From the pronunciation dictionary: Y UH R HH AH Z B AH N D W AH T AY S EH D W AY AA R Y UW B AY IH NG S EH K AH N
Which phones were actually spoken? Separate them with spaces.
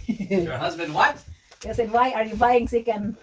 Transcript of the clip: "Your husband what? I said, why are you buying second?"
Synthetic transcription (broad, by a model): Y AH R HH AH Z B AH N D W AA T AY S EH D W AY AA R Y UW B AY IH NG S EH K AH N